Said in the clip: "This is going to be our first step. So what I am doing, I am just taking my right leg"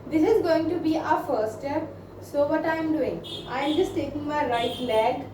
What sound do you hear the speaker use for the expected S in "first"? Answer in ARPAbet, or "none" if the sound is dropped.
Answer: none